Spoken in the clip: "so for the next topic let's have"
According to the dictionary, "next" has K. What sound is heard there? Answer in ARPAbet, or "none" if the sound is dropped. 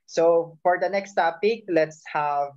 K